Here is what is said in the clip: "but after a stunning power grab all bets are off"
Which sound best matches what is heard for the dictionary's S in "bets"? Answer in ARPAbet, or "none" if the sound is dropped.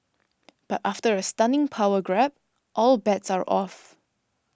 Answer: S